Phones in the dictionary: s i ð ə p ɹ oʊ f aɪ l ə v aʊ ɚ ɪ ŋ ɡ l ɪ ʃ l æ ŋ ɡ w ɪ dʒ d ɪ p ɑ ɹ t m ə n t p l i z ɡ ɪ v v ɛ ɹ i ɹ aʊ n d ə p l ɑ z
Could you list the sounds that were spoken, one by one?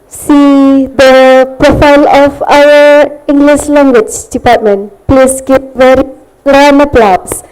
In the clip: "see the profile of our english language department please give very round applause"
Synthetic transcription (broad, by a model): s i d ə p ɹ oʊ f aɪ l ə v aʊ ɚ ɪ ŋ ɡ l ɪ ʃ l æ ŋ ɡ w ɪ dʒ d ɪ p ɑ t m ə n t p l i s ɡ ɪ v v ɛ ɹ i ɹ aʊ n ə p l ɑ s